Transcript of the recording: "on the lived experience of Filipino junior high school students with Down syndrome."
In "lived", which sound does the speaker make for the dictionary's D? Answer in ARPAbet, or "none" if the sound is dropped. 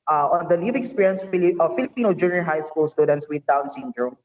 none